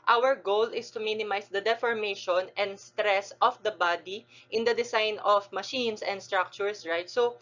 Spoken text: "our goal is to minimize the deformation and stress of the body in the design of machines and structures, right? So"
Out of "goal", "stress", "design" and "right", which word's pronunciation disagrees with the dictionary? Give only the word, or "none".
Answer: design